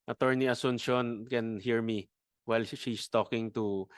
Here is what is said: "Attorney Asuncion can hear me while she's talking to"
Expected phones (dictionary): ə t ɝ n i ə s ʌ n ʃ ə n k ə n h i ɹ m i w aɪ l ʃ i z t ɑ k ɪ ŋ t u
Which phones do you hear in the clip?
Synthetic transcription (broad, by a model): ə t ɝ n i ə s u n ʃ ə n k ə n h i ɹ m i w aɪ l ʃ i s t ɑ k ɪ ŋ t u